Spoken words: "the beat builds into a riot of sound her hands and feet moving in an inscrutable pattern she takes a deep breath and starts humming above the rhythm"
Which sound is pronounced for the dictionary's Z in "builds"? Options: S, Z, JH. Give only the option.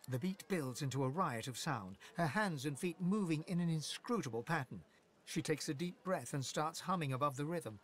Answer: Z